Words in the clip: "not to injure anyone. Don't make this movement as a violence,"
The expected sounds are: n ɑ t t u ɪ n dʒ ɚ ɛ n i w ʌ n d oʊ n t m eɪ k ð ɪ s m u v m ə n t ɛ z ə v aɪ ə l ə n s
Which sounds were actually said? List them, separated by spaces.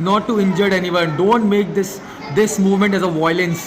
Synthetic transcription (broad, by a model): n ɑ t t u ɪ n dʒ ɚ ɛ n i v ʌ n d oʊ n t m eɪ k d ɪ s m u v m ə n t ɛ z ə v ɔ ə l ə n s